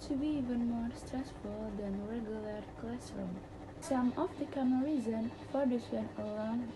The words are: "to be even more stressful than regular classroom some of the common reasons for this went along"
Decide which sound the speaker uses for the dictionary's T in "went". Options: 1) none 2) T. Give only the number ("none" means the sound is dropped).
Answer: 1